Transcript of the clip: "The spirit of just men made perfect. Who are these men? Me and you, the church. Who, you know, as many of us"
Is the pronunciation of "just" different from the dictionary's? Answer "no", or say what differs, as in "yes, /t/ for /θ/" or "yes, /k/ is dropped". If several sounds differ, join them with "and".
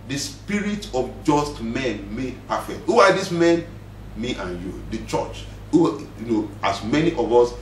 no